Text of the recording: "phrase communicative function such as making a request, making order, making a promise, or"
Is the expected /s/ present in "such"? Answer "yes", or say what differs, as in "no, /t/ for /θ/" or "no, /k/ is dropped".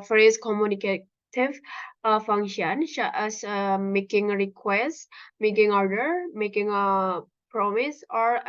no, /ʃ/ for /s/